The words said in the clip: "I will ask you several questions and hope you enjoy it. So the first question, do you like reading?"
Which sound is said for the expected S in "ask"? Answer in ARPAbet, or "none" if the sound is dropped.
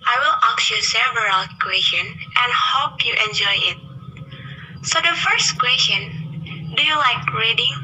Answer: none